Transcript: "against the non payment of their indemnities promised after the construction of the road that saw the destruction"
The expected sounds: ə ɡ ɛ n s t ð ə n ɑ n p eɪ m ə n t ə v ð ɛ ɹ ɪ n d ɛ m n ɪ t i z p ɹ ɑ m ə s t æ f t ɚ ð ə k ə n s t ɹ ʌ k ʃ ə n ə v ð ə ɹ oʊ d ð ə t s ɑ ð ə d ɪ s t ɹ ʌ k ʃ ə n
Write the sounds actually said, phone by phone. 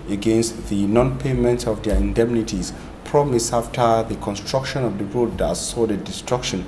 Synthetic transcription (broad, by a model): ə ɡ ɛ n s t ð ə n ɑ n p eɪ m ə n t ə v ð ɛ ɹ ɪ n d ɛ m n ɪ t i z p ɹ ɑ m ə s ɑ f t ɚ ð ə k ə n s t ɹ ʌ k ʃ ə n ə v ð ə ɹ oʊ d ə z s ɑ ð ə d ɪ s t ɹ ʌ k ʃ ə n